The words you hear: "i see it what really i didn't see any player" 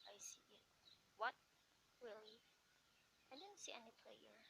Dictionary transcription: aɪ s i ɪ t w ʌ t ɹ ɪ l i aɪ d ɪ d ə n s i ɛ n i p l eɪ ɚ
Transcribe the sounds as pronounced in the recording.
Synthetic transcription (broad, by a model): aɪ s i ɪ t w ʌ t w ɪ l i aɪ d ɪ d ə n s i ɛ n i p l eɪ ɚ